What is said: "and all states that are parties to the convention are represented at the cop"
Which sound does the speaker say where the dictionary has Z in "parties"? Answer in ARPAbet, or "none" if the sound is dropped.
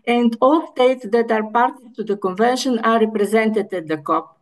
none